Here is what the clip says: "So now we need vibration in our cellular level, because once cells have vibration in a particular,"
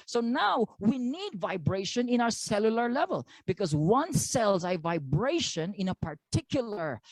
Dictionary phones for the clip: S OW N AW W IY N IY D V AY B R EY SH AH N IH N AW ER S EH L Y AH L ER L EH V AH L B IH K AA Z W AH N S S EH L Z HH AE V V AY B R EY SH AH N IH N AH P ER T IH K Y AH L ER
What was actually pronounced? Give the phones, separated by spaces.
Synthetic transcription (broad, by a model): S OW N AW W IY N IY D V AY B R EY SH AH N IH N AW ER S EH L Y AH L ER L EH V AH L B IH K AA Z W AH N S S EH L Z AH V V AY B R EY SH AH N IH N AH P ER T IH K Y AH L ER